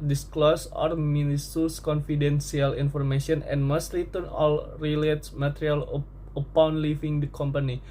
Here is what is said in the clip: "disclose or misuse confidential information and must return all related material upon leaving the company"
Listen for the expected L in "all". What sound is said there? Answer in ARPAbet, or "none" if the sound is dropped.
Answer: L